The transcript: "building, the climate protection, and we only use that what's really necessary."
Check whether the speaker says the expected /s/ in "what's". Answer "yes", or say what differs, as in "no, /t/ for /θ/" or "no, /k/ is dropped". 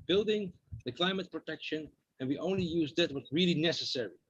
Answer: no, /s/ is dropped